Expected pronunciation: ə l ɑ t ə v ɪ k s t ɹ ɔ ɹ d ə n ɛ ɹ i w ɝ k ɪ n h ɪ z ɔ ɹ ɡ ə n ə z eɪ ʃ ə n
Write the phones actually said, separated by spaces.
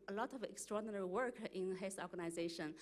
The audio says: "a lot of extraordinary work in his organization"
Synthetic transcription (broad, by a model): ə l ɑ t ə v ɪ k s t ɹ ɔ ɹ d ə n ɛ ɹ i w ɝ k ɪ n h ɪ s ɔ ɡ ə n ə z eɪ ʃ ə n